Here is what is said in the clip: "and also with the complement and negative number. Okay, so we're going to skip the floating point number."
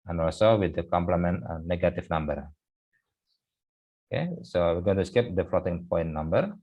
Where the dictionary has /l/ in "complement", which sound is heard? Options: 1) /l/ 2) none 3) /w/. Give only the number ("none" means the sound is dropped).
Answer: 1